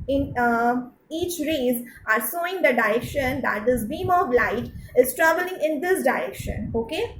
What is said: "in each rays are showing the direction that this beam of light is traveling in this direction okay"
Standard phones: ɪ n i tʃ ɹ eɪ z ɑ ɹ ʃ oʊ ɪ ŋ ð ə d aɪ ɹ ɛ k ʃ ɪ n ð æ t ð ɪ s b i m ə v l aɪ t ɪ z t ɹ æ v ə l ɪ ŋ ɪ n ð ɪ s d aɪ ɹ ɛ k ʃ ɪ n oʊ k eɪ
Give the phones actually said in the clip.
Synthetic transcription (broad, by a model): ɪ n i tʃ ɹ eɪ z ɑ ɹ s oʊ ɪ ŋ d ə d aɪ ɹ ɛ k ʃ ɪ n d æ t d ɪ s b i m ə v l aɪ t ɪ z t ɹ æ v ə l ɪ ŋ ɪ n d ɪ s d aɪ ɹ ɛ k ʃ ɪ n oʊ k eɪ